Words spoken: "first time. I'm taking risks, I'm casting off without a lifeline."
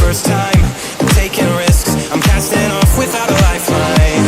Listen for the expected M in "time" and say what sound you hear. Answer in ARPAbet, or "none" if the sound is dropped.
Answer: none